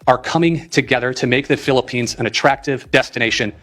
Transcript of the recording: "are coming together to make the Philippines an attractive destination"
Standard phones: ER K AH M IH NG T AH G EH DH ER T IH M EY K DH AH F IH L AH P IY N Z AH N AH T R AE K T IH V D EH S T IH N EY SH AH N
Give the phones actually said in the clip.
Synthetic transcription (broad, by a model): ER K AH M IH NG T AH G EH DH ER T IH M EY K DH AH F IH L AH P IY N Z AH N AH T R AE K T IH V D EH S T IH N EY SH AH N